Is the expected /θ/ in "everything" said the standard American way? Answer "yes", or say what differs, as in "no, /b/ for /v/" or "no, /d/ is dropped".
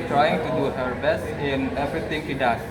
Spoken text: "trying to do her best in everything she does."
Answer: no, /t/ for /θ/